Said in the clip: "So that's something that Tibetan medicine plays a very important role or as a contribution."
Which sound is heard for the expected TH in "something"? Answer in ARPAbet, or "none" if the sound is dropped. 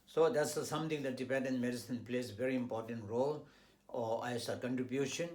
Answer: T